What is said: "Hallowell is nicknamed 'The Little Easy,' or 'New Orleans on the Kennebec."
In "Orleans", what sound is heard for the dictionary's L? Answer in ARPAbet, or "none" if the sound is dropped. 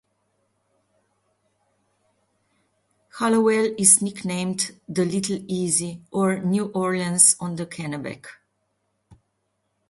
none